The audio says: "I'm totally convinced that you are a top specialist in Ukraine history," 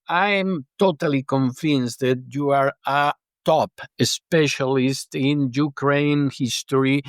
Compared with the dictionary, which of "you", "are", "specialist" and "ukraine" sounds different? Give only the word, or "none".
none